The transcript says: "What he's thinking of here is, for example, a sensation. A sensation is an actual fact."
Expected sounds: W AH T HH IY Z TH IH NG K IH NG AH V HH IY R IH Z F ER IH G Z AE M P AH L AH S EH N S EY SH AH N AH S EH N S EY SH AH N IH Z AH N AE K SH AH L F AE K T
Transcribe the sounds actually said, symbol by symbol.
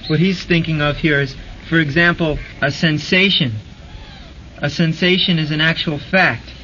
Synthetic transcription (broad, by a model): W AH T HH IY Z TH IH NG K IH NG AH V HH IY R IH Z F ER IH G Z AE M P L AH S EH N S EY SH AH N AH S EH N S EY SH AH N IH Z AH N AE K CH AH L F AE K T